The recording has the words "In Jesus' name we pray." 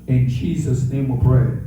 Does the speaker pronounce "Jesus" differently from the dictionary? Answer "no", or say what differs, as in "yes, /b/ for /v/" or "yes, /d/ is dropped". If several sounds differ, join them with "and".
no